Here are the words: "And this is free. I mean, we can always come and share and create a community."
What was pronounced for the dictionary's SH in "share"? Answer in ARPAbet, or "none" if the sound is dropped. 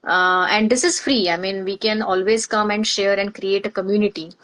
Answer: SH